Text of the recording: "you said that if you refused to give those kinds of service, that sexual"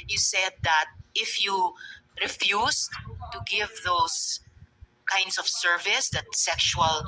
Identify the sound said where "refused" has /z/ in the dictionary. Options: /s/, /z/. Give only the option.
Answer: /s/